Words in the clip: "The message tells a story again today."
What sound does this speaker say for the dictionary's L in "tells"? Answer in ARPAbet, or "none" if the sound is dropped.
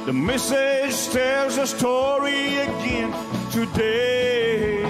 none